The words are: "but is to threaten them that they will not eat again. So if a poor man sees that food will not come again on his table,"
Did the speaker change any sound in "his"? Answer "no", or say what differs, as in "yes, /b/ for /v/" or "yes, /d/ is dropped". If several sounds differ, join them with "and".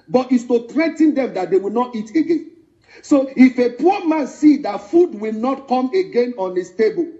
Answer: yes, /s/ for /z/